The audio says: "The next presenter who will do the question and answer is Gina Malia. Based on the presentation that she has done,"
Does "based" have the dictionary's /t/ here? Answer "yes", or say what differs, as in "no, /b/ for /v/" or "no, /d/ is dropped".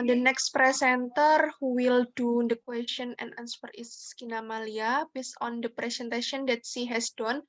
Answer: no, /t/ is dropped